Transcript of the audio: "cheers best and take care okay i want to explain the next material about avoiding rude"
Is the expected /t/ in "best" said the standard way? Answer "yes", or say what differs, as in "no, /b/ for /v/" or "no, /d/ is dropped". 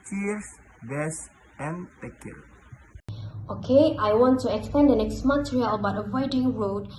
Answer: no, /t/ is dropped